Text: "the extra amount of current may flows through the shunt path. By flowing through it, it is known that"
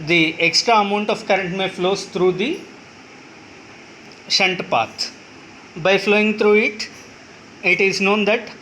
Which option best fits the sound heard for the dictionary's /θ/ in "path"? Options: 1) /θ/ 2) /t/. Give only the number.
2